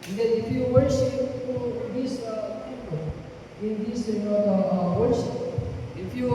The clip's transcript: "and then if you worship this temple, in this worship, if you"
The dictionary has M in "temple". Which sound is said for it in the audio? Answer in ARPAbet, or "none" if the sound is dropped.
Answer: none